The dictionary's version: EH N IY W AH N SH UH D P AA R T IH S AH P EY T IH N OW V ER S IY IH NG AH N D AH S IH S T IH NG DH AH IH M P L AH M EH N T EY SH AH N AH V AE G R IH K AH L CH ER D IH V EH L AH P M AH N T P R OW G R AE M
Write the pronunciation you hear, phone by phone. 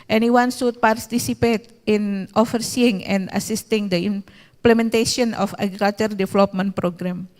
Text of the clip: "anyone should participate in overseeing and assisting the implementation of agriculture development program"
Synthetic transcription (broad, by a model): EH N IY W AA N S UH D P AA R T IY S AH P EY T IH N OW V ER S IY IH NG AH N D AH S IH S T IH NG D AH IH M P L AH M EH N T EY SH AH N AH F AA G R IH K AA L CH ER D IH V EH L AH P M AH N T P R OW G R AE M